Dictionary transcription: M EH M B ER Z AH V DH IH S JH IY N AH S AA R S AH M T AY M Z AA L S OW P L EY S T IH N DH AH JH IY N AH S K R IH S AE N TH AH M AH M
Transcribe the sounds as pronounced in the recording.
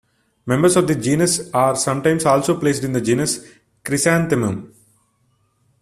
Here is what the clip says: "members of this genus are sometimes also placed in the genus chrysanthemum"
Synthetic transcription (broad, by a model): M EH M B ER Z AH V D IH JH IY N AH S AA R S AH M T AY M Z AA L S OW P L EY S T IH N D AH JH IY N AH S K R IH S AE N T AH M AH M